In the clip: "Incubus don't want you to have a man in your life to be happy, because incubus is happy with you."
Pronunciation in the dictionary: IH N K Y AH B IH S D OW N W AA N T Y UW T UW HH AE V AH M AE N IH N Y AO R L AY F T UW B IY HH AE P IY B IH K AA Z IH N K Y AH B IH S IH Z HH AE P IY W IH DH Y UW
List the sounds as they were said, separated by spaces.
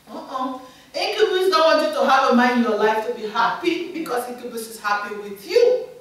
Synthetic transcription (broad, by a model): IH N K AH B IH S D OW N W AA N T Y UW T UW HH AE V AH M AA IH N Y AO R L AY F T UW B IY HH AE P IY B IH K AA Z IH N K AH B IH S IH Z HH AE P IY W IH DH Y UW